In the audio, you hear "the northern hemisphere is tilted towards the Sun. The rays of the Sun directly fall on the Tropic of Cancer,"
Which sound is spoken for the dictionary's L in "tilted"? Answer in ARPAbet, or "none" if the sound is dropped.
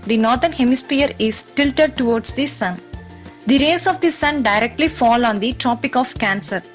L